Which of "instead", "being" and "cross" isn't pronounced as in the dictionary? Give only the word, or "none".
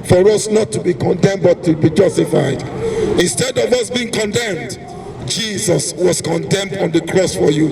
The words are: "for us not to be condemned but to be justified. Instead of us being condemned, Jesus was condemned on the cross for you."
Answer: none